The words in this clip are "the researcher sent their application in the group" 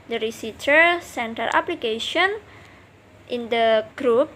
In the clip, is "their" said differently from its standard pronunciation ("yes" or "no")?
yes